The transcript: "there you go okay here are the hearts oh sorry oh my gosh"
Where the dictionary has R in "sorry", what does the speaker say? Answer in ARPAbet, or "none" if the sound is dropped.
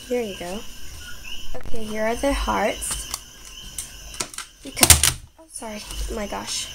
R